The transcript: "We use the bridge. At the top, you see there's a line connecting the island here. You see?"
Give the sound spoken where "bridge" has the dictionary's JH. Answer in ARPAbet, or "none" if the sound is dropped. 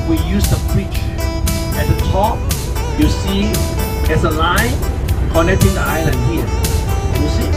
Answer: CH